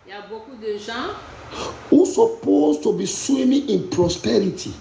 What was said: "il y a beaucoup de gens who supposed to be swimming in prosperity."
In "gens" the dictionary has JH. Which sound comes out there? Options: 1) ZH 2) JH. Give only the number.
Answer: 1